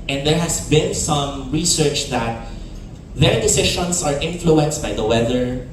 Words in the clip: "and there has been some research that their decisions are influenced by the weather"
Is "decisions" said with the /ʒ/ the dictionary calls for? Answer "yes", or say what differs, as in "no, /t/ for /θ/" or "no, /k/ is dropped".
no, /ʃ/ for /ʒ/